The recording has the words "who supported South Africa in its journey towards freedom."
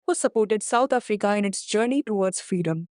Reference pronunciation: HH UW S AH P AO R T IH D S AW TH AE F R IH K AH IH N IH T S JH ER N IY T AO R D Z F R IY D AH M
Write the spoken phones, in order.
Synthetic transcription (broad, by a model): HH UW S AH P AO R T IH D S AW T AE F R IH K AH IH N IH T S JH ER N IY T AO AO D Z F R IY D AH M